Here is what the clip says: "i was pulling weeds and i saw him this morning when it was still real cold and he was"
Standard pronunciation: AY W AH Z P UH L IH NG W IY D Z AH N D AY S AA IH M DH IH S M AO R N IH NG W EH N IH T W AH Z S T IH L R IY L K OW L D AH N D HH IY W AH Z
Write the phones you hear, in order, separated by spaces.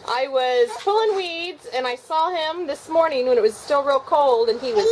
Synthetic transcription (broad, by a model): AY W AH Z F UH L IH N W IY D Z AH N AY S AA IH M DH IH S M AO R N IH NG W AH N IH T W AH Z S T IH L R IY L K OW L D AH N IY W AH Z